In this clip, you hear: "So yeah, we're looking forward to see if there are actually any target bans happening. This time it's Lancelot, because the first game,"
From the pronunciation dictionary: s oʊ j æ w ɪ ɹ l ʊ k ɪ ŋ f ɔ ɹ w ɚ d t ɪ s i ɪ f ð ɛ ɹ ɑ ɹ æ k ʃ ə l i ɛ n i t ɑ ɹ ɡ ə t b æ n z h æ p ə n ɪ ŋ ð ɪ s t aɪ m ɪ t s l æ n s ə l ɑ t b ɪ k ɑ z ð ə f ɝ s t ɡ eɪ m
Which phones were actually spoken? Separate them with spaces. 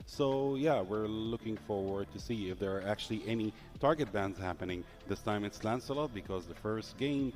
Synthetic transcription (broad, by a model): s oʊ j æ w ɪ ɹ l ʊ k ɪ ŋ f ɔ ɹ w ɚ d t ɪ s i ɪ f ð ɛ ɹ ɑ ɹ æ k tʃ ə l i ɛ n i t ɑ ɹ ɡ ə t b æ n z h æ p ə n ɪ ŋ ð ɪ s t aɪ m ɪ t s l æ n s ə l ɑ t b ɪ k ɑ z ð ə f ɝ s t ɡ eɪ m